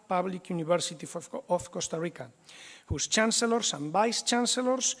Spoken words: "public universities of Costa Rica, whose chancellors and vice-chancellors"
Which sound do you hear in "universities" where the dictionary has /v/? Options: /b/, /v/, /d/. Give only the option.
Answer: /b/